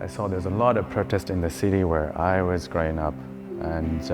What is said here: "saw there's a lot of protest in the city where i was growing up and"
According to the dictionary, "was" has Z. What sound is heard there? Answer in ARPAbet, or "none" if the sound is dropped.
Z